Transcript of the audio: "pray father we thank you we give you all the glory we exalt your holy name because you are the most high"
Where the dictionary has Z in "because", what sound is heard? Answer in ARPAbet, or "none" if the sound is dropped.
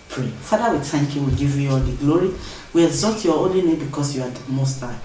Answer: S